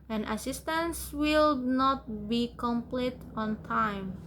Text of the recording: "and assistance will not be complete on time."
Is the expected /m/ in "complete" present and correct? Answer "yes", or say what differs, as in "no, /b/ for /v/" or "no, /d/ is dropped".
yes